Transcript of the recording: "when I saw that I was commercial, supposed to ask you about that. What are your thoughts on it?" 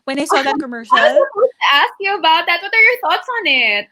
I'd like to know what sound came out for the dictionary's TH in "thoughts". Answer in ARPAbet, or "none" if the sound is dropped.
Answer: TH